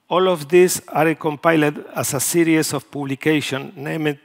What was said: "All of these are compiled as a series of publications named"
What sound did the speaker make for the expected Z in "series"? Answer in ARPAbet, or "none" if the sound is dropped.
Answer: S